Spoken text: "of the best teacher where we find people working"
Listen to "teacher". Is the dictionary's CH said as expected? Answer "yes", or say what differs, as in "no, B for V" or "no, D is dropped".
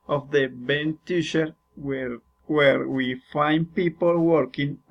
no, SH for CH